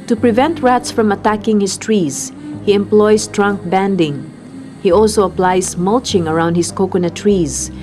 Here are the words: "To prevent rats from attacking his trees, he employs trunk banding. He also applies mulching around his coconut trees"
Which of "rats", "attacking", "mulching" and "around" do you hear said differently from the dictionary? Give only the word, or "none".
none